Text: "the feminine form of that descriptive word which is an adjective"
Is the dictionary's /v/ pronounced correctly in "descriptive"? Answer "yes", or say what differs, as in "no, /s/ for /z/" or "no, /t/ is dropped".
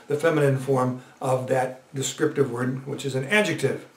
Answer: yes